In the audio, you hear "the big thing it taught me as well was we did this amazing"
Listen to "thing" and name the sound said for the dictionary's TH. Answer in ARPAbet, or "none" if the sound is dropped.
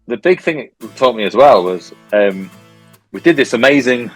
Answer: TH